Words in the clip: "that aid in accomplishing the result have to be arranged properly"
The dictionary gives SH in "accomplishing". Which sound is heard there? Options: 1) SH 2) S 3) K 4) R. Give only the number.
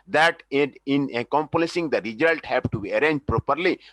2